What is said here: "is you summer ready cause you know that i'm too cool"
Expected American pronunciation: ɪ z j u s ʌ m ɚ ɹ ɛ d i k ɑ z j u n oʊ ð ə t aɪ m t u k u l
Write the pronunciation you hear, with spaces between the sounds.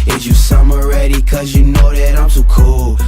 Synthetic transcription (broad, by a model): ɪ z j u s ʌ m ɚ ɹ ɛ d i k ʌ z j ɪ n oʊ ð ə t aɪ m s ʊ k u l